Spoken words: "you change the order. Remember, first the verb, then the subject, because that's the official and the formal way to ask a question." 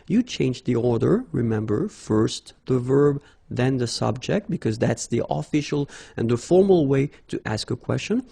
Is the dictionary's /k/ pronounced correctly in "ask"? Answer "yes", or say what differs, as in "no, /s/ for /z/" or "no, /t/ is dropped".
yes